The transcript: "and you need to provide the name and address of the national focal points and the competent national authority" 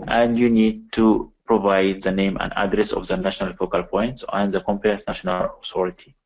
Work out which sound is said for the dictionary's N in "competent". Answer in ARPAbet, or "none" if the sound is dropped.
none